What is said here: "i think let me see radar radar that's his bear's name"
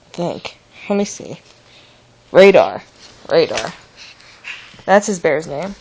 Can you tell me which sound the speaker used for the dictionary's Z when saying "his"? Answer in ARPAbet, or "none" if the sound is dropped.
Z